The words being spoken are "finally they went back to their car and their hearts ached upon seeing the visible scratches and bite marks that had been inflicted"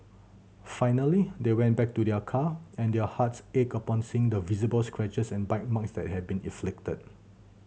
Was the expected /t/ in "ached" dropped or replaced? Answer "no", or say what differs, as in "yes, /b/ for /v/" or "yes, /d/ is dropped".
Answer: yes, /t/ is dropped